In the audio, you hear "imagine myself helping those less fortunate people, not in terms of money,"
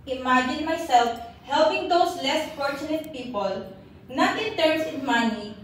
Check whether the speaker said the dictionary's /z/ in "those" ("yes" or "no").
no